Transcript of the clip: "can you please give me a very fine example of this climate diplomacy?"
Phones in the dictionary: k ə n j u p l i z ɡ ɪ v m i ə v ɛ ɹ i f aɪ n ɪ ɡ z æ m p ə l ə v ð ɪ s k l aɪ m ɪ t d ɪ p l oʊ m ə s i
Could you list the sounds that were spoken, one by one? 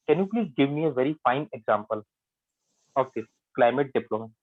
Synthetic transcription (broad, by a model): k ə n j u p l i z ɡ ɪ v m i ə v ɛ ɹ i f aɪ n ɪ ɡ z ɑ m p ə l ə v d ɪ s k l aɪ m ɪ t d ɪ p l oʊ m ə